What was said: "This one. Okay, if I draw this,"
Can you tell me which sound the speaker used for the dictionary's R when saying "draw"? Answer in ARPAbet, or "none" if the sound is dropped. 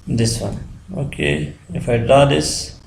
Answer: none